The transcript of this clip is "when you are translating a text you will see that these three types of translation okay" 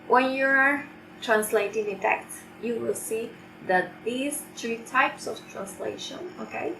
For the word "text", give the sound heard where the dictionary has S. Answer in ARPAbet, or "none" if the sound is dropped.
none